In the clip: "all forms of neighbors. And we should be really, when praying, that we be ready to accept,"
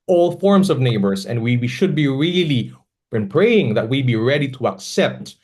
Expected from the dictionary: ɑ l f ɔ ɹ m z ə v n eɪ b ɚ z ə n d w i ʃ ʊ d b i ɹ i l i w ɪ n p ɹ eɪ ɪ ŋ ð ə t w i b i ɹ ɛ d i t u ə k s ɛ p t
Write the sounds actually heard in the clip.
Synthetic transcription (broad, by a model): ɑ l f ɔ ɹ m s ə v n eɪ b ɚ s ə n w w i ʃ ʊ d b i ɹ i l i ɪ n p ɹ eɪ ɪ ŋ ð ə t w i b i ɹ ɛ d i t u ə k s ɛ p t